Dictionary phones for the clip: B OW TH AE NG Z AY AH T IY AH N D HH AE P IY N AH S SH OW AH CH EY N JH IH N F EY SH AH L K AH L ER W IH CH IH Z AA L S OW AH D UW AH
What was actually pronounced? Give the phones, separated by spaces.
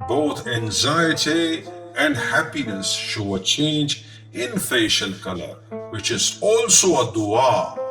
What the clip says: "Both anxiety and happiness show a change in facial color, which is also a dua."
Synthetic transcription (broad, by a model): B OW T AE NG Z AY AH T IY AH N D HH AE P IY N AH S SH OW AH CH EY N JH IH N F EY SH AH L K AH L ER W IH CH IH Z AA L S OW AH D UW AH